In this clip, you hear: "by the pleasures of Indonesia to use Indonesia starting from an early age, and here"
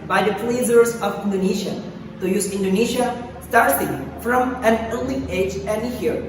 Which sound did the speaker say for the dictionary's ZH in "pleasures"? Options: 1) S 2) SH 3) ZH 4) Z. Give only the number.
4